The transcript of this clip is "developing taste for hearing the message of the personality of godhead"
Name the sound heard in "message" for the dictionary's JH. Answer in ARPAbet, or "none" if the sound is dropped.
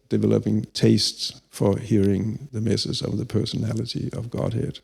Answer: Z